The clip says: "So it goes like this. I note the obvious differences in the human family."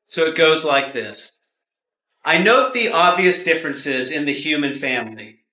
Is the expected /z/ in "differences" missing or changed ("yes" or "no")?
no